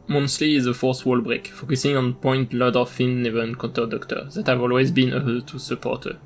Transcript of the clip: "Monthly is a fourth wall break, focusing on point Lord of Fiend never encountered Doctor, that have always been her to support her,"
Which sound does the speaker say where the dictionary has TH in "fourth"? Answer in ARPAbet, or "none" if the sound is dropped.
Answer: S